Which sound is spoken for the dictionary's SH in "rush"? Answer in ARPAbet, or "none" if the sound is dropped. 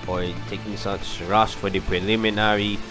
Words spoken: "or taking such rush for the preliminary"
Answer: S